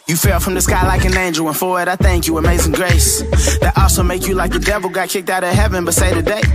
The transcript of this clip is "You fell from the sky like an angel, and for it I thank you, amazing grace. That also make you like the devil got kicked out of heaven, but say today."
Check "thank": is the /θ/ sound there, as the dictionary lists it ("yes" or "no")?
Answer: yes